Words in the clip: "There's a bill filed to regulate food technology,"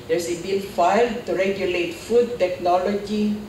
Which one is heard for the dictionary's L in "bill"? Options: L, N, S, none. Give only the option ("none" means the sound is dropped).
N